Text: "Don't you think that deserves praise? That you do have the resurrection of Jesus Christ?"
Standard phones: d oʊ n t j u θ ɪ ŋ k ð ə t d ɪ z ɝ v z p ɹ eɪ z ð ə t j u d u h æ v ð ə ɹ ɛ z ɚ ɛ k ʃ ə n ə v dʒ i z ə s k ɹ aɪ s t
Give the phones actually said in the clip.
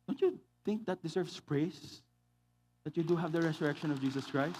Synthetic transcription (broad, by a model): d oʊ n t j u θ ɪ ŋ k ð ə t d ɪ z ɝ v s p ɹ eɪ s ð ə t j u d u h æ v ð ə ɹ ɛ s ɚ ɛ k ʃ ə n ə v dʒ i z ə s k ɹ aɪ s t